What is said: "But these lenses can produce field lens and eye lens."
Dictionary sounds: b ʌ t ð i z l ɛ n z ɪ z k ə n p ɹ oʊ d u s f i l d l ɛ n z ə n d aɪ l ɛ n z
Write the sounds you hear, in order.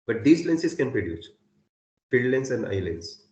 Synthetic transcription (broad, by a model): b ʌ t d i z l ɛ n s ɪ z k ə n p ɹ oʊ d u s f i d l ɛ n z ə n d aɪ l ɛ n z